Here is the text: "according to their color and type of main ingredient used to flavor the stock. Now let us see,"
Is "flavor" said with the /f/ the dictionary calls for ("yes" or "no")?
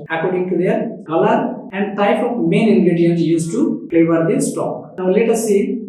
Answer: no